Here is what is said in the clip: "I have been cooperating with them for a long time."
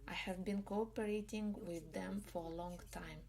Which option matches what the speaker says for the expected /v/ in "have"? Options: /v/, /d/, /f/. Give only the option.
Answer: /v/